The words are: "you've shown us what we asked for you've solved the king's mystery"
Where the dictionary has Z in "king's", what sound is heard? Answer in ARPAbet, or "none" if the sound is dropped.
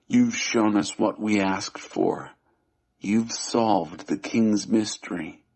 Z